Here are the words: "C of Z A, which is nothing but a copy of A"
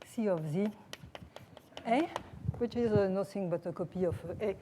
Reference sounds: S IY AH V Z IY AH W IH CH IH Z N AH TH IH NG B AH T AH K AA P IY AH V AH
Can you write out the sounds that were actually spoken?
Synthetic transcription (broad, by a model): S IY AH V Z IY AH W IH CH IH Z N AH S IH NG B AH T AH K AA P IY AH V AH